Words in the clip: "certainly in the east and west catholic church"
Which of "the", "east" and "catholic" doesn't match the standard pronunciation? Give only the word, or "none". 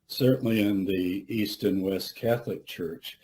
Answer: none